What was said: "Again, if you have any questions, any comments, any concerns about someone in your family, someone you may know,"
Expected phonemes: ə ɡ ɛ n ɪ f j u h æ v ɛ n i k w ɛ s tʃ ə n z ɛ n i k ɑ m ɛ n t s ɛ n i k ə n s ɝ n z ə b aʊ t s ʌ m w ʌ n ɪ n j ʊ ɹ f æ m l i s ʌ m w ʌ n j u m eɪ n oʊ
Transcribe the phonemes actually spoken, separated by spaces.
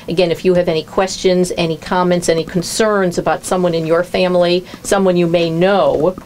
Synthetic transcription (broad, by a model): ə ɡ ɛ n ɪ f j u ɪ v ɛ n i k w ɛ s tʃ ə n z ɛ n i k ɑ m ɛ n t s ɛ n i k n s ɝ n z ə b aʊ t s ʌ m w ʌ n ɪ n j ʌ ɹ f æ m l i s ʌ m w ʌ n j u m eɪ n oʊ